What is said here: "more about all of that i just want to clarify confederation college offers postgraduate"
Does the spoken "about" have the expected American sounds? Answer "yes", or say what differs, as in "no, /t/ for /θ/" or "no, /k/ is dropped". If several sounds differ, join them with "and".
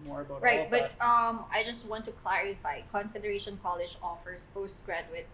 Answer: no, /b/ is dropped